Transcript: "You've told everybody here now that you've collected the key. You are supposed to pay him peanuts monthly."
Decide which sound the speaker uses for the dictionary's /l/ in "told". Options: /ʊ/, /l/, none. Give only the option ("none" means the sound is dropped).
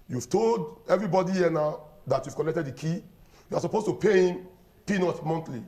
/l/